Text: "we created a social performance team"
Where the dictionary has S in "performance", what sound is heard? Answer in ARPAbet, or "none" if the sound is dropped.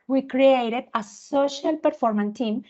none